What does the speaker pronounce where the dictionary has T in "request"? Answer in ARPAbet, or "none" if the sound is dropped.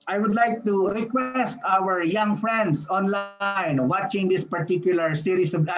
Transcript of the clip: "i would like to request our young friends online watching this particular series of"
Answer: T